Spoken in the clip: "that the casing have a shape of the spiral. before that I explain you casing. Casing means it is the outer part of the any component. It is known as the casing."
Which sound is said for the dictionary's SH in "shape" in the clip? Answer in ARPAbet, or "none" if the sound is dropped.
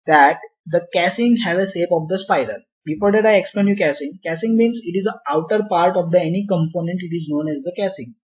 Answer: S